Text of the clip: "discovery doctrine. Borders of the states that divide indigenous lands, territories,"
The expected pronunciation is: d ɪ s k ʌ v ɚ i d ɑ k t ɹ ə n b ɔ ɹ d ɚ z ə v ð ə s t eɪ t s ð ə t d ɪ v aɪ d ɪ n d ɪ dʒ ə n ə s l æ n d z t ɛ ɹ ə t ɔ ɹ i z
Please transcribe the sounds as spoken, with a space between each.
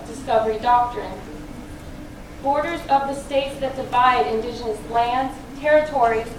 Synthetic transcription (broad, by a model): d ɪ s k ʌ v ɚ i d ɑ k t ɹ ə n b ɔ ɹ d ɚ z ə v ð ə s t eɪ t s ð ə t d ɪ v aɪ d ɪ n d ɪ dʒ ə n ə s l æ n d z t ɛ ɹ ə t ɔ ɹ i